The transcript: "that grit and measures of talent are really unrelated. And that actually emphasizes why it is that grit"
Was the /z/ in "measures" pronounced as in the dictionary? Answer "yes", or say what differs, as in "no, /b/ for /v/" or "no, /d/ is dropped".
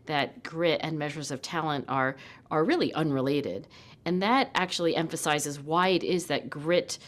yes